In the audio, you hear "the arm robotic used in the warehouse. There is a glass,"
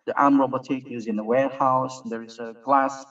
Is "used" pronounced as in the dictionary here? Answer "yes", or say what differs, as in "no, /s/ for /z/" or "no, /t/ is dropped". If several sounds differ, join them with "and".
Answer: no, /d/ is dropped